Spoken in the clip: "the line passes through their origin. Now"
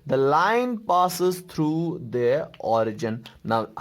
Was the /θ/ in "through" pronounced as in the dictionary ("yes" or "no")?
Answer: no